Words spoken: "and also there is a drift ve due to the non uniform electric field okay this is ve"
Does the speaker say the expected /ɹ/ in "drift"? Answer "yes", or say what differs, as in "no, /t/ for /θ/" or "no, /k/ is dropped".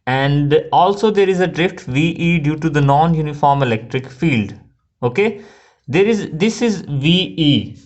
yes